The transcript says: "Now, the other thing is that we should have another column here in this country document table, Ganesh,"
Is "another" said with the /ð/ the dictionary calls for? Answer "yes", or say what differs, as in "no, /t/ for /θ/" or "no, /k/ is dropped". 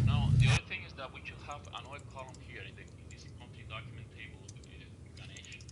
no, /ð/ is dropped